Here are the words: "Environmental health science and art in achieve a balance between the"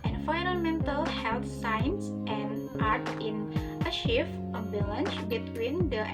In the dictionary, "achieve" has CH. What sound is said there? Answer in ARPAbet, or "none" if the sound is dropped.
SH